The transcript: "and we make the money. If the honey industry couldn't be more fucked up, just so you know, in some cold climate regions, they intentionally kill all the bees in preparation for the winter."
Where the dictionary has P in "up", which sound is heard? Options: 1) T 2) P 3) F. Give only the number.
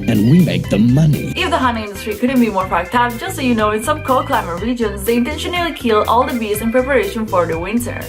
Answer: 3